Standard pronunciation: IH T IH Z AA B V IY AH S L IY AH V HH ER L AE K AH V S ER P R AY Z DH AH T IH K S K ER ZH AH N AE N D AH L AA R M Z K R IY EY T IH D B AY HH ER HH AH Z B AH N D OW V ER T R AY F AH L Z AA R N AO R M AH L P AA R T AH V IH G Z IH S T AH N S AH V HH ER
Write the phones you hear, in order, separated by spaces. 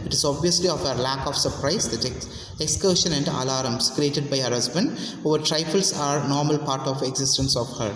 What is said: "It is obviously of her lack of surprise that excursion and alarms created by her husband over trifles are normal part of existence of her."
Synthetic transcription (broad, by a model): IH T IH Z AA B V IY AH S L IY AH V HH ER L AE K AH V S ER P R AY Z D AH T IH K S K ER SH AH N AE N D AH L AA R M S K R IY EY T IH D B AY HH ER HH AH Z B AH N D OW V ER T R AY F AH L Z AA R N AO R M AH L P AA R T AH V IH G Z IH S T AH N S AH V HH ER